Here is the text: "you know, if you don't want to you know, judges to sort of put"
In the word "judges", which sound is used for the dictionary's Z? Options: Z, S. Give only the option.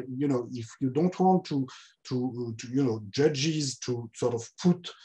Z